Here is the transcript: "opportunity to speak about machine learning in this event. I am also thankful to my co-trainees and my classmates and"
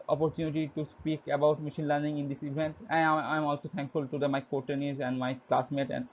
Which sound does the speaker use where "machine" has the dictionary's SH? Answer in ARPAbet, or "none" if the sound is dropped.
SH